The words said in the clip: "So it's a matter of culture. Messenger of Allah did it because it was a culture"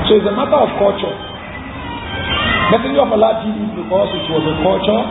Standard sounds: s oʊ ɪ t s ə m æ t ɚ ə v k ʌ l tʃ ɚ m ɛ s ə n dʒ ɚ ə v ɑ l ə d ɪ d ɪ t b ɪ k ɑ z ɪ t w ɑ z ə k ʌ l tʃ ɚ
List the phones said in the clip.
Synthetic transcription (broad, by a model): s oʊ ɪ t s ə m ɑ t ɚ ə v k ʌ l tʃ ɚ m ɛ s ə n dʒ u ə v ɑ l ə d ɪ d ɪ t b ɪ k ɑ s ɪ t w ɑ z ə k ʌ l tʃ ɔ